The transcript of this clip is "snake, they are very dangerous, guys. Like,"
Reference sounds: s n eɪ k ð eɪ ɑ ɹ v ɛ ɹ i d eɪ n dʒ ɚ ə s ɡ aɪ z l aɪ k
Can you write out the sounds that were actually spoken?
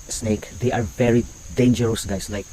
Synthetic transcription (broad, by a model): s n eɪ k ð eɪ ɑ ɹ v ɛ ɹ i d eɪ n dʒ ɚ ə s ɡ aɪ s l aɪ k